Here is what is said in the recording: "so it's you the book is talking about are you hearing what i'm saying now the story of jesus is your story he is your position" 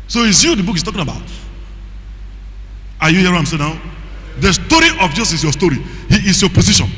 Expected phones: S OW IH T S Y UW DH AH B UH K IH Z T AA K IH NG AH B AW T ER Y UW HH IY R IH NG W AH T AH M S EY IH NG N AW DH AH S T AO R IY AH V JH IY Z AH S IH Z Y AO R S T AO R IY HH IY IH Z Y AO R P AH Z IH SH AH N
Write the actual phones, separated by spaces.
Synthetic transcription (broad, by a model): S OW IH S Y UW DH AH B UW K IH S T AA K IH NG AH B AW T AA Y UW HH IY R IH AH M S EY N AW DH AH S T AO R IY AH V JH IY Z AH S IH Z Y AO S T AO R IY HH IY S Y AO P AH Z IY SH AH N